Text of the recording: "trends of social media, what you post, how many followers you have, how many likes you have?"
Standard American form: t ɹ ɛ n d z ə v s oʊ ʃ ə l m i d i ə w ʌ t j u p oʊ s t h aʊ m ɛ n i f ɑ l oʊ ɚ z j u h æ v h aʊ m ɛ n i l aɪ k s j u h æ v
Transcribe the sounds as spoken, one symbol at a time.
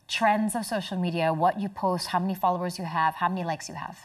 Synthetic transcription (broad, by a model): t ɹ ɛ n d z ə v s oʊ ʃ l m i d i ə w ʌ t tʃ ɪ p oʊ s t h aʊ m ɛ n i f ɑ l oʊ ɚ z j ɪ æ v h aʊ m ɛ n i l aɪ k s j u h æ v